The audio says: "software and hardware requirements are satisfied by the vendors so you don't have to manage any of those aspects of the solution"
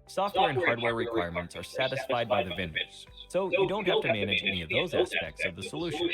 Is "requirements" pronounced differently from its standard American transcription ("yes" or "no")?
no